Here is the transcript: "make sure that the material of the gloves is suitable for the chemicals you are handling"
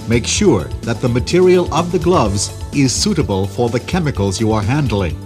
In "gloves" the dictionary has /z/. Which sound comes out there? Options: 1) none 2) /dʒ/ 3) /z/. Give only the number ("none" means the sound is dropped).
3